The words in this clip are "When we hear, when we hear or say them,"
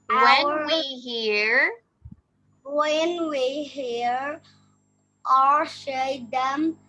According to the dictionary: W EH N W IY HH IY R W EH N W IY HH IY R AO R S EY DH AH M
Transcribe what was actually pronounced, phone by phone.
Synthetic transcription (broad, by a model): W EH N W IY HH IY R W EH N W IY HH IY R AO R SH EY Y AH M